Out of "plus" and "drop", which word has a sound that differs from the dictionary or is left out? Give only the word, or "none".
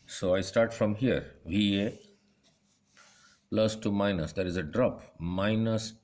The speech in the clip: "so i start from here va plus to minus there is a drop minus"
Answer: none